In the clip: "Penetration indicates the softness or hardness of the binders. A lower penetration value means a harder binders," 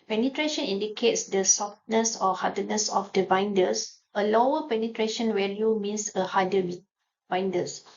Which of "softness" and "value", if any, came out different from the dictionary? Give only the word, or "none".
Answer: value